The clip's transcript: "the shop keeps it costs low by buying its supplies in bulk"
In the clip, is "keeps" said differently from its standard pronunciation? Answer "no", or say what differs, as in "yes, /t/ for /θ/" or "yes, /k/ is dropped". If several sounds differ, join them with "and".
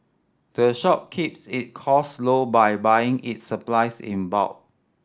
no